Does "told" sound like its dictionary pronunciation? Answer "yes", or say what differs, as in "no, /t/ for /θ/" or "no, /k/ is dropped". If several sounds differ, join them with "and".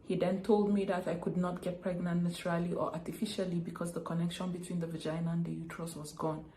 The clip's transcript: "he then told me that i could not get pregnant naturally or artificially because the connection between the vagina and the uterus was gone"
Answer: yes